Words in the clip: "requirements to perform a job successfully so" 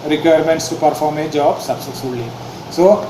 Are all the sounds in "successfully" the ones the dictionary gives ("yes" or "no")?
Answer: no